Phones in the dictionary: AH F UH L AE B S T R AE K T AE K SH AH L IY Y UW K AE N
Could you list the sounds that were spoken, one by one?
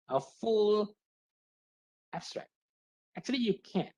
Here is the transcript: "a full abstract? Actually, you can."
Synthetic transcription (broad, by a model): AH F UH L AE B S T R AE K T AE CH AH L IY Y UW K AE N